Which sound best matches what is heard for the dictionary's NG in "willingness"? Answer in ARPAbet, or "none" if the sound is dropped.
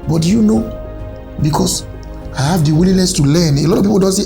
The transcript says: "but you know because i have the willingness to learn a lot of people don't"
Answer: none